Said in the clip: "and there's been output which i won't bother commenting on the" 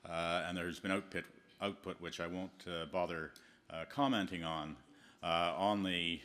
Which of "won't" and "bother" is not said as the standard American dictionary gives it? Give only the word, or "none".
none